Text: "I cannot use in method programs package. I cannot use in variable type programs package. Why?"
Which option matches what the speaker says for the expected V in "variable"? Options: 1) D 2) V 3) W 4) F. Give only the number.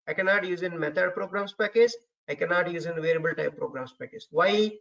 2